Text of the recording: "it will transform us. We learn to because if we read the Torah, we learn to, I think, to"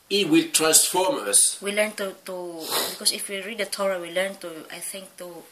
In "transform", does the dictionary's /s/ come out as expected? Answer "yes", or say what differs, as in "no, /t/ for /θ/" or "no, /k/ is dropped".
yes